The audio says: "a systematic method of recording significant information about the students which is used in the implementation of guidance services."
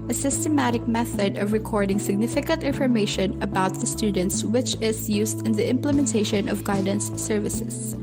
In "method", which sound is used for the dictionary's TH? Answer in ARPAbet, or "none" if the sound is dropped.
TH